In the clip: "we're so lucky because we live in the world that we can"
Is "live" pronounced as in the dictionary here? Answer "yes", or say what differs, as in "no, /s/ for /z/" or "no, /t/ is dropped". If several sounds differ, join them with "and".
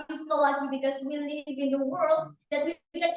no, /n/ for /l/